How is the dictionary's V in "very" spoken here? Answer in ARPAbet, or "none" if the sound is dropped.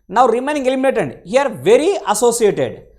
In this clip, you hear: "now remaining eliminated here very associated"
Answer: V